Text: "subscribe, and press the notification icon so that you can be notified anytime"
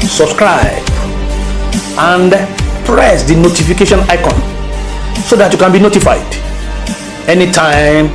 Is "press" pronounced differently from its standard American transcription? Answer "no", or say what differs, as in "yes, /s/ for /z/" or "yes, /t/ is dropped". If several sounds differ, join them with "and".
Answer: no